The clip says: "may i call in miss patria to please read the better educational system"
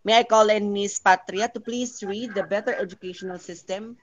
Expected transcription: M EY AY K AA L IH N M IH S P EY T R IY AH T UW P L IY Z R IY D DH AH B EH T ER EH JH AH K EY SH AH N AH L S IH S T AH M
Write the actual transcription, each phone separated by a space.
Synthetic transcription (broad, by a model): M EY AY K AA L IH N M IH S P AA T R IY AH T UW P L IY S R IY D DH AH B EH T ER EH JH AH K EY SH AH N AH L S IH S T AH M